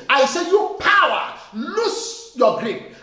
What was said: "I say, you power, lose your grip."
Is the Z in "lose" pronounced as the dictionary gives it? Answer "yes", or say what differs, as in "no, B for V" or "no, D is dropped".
no, S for Z